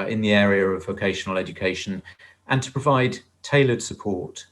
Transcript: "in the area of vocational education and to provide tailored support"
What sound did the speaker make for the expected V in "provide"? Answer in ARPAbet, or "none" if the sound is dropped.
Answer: V